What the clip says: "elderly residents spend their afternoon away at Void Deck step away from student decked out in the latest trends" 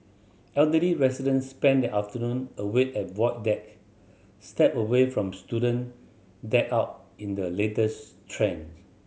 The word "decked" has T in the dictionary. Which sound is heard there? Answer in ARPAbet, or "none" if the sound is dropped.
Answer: none